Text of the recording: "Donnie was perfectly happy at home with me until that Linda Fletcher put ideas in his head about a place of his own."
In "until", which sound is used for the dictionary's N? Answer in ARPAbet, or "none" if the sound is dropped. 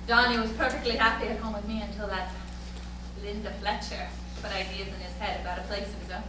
N